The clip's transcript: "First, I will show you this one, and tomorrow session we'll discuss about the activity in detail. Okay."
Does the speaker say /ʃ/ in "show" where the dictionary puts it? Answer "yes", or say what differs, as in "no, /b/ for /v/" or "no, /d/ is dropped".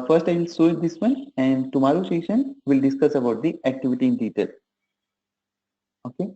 no, /s/ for /ʃ/